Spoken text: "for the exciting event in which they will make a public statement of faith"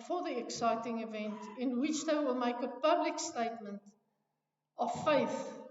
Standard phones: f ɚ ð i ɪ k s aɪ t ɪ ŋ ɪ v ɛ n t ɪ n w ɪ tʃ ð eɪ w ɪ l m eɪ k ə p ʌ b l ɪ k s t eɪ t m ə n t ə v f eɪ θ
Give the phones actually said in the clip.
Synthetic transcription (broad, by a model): f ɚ ð i ɪ k s aɪ t ɪ ŋ ɪ v ɛ n t ɪ n w ɪ tʃ ð eɪ w ɪ l m eɪ k ə p ʌ b l ɪ k s t eɪ t m ə n t ə v f eɪ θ